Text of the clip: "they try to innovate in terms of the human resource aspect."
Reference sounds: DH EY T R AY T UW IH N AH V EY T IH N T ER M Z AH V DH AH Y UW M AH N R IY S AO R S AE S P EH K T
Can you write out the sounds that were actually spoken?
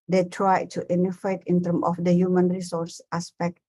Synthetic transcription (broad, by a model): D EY T R AY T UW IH N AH F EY T IH N T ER M AH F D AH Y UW M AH N R IY S AO R S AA S P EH K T